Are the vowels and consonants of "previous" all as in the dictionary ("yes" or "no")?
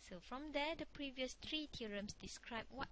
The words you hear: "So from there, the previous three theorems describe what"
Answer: yes